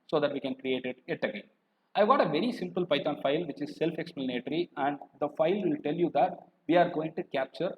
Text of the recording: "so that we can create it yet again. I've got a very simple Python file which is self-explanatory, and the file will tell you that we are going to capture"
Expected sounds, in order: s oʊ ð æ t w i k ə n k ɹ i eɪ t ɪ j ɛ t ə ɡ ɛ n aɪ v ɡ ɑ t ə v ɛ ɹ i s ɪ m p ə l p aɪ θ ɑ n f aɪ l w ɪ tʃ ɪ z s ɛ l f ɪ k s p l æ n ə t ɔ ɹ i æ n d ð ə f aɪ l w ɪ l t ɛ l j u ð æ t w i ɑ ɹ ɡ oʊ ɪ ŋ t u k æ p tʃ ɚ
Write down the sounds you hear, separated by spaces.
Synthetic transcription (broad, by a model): s oʊ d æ t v i k ə n k ɹ i eɪ t ɪ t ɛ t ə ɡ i aɪ v ɡ ɑ t ə v ɛ ɹ i s ɪ m p ə l p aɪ t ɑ n f aɪ l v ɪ tʃ ɪ z s ɛ l f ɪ k s p l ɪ n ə t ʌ ɹ i æ n d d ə f aɪ l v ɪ l t ɛ l j u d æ t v i ɑ ɹ ɡ oʊ ɪ ŋ t u k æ p tʃ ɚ